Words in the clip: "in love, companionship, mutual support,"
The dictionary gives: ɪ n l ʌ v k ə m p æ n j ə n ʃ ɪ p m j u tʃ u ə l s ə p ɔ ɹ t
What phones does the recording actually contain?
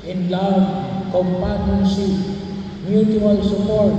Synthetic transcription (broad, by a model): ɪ n l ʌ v k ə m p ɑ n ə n s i m j u tʃ u ə l s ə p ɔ ɹ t